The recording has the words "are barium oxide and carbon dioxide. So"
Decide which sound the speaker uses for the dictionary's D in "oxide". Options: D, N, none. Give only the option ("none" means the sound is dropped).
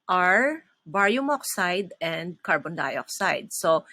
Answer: D